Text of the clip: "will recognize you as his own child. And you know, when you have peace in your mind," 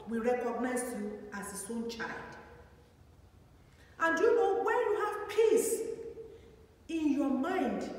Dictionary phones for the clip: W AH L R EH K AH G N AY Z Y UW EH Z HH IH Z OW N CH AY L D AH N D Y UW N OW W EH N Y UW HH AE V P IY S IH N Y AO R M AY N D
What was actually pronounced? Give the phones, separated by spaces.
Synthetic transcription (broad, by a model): W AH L R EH K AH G N AY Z Y UW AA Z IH S OW N CH AY L D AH N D Y UW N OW W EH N Y UW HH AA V P IY S IH N Y AO M AY N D